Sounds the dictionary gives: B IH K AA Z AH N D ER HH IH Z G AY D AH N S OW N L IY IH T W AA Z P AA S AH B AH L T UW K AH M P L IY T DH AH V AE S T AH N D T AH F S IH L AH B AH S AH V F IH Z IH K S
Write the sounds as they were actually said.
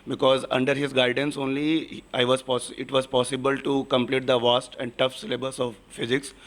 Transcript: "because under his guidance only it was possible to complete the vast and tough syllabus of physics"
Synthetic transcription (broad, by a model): B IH K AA Z AH N D ER HH IH Z G AY D AH N S OW N L IY IH T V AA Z P AA S AH B AH L T UW K AH M P L IY T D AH V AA S T AH N D T AH F S IH L AH B AH S AH V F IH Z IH K S